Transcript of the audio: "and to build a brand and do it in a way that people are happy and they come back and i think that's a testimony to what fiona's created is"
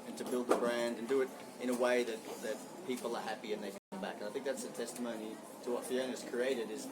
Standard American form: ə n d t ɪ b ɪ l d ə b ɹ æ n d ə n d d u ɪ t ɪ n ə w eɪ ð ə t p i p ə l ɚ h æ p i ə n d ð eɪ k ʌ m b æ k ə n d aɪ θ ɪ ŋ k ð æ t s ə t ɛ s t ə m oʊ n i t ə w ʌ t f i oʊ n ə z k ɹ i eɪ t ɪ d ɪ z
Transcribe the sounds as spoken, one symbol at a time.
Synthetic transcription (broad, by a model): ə n t ɪ b ɪ l d ə b ɹ æ n d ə n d d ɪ ɪ t ɪ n ə w eɪ ð ə t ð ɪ p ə l ɚ h æ p i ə n ð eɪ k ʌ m b æ k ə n aɪ θ ɪ ŋ k ð æ t s ə t ɛ s t ə m oʊ n i t ə w ʌ t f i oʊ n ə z k ɹ i eɪ t ɪ d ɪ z